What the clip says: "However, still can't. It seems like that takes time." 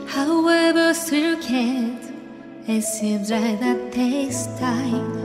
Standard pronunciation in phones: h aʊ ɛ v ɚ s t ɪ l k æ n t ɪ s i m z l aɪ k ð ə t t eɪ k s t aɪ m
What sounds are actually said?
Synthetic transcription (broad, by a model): h aʊ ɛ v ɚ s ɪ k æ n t ɪ s i m z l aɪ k ð ə t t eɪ s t aɪ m